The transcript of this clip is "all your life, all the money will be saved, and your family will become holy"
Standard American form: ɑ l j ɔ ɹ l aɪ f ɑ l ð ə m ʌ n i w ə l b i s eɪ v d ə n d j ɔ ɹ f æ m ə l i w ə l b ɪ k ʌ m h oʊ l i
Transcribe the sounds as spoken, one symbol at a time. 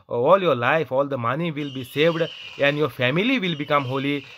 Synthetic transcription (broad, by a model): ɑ l j ɔ ɹ l aɪ f ɑ l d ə m ʌ n i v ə l b i s eɪ v d ə n d j ɔ ɹ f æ m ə l i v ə l b ɪ k ʌ m h oʊ l i